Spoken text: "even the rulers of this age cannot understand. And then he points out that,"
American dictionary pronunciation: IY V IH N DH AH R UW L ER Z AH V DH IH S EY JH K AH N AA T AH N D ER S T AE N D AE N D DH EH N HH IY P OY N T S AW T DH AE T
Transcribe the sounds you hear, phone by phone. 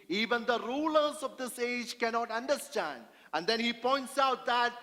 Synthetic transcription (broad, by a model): IY V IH N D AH R UW L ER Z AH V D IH S EY JH K AH N AA T AH N D ER S T AE N D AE N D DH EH N HH IY P OY N T S AW T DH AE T